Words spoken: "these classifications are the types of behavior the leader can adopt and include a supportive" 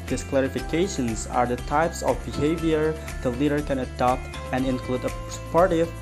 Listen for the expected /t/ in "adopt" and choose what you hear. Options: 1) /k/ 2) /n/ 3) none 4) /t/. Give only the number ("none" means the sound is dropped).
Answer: 4